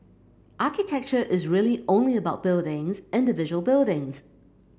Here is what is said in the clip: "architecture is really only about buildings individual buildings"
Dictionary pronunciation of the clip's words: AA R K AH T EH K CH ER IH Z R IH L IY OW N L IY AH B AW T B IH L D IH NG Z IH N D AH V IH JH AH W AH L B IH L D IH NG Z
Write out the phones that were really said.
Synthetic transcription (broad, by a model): AA K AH T EH K CH ER IH Z R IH L IY OW N L IY AH B AW T B IH L D IH NG Z IH N D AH V IH ZH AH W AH L B IH L D IH NG Z